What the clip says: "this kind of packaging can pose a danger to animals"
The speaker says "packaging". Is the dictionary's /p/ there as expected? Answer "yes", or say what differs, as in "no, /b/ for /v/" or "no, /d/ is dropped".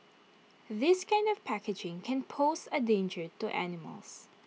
yes